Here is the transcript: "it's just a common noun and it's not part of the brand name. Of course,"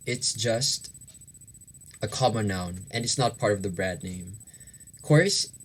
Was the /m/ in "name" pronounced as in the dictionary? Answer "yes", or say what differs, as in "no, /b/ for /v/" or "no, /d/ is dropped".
no, /m/ is dropped